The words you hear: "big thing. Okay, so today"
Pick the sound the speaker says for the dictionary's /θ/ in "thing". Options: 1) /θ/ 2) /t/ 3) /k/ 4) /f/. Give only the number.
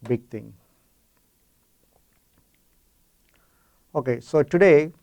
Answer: 2